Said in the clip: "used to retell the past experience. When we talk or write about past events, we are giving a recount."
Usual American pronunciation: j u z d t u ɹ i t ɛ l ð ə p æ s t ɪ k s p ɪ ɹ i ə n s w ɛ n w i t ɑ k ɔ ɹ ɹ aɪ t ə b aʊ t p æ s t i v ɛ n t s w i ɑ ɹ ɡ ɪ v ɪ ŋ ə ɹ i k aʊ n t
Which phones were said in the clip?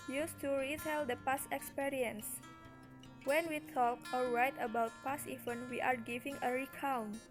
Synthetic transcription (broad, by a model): j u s t u ɹ i t ɛ l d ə p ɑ s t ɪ k s p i ɹ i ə n s w ɛ n w i t ɑ k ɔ l ɹ aɪ t ə b aʊ t p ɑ s i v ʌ n w i ɑ ɹ ɡ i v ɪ ŋ ə ɹ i k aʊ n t